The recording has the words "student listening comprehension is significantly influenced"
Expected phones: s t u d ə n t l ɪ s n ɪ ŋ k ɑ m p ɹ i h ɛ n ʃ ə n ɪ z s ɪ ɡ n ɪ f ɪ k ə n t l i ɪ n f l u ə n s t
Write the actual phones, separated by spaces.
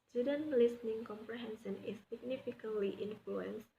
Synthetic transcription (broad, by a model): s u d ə n l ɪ s n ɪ ŋ k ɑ m p ɹ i h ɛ n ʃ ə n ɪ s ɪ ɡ n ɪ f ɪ k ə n t i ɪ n f l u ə n s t